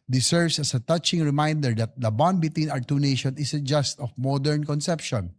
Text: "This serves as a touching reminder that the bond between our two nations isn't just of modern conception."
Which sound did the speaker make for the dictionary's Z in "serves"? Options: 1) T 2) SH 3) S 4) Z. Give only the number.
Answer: 3